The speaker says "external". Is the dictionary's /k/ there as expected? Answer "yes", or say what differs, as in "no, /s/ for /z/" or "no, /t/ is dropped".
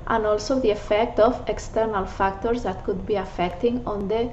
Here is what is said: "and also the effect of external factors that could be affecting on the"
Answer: yes